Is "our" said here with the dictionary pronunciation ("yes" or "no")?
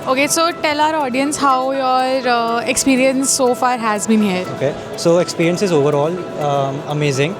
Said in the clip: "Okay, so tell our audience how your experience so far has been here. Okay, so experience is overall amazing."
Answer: yes